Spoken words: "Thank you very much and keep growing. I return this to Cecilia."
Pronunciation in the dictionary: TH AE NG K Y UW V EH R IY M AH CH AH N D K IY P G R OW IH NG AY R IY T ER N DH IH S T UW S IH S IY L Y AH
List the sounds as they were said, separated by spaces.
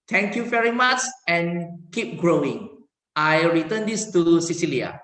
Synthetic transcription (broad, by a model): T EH NG K Y UW V EH R IY M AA CH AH N K IY P G R OW IH NG AY R IY T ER N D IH S T UW S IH S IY L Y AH